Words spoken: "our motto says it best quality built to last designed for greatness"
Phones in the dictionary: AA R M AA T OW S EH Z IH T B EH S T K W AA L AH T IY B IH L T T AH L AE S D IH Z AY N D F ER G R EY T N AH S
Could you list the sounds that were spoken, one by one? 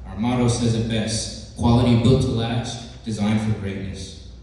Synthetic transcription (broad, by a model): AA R M AA T OW S EH Z IH T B EH S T K W AA L AH T IY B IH L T T AH L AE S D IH Z AY N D F ER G R EY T N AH S